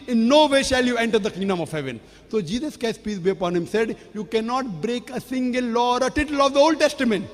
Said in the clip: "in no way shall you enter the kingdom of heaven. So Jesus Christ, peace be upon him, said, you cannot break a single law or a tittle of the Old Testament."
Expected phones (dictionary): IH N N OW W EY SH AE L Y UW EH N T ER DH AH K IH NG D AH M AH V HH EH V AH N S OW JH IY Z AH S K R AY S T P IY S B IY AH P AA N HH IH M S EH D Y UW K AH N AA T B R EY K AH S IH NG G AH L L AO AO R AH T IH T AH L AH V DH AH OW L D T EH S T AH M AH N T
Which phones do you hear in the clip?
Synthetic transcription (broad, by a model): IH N N OW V EY SH AE L Y UW EH N T ER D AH K IH NG D AH M AH V HH EH V AH N S OW JH IY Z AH S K AY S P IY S B IY AH P AA N HH IH M S EH D Y UW K AH N AA T B R EY K AH S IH NG G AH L L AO AO R AH T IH T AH L AH V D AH OW L D T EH S T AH M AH N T